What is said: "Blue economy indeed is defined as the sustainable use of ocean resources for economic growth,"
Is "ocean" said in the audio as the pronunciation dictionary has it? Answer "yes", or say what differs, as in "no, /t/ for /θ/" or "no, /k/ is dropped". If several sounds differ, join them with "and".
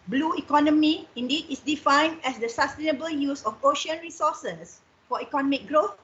yes